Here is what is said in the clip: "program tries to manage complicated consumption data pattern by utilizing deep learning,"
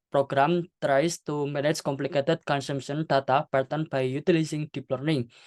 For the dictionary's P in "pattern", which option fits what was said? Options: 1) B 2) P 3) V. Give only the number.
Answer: 1